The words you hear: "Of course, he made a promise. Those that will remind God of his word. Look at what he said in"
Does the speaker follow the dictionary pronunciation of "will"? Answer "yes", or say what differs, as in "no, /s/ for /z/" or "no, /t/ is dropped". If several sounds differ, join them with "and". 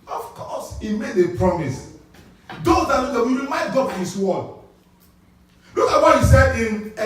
no, /w/ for /l/